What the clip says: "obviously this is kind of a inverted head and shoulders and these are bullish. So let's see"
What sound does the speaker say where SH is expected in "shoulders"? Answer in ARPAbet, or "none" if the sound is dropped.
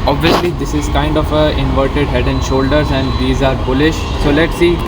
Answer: SH